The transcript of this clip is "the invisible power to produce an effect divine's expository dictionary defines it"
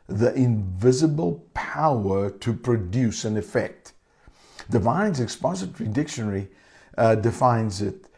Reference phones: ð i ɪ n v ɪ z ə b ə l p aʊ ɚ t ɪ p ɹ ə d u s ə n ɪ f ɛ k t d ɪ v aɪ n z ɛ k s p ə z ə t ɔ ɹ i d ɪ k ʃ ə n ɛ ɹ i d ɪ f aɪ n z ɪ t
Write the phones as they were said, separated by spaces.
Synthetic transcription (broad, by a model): ð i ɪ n v ɪ z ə b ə l p aʊ ɚ t ɪ p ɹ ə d u s ə n ɪ f ɛ k t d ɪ v aɪ n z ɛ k s p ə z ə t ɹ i d ɪ k ʃ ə n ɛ ɹ i d ɪ f aɪ n z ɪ t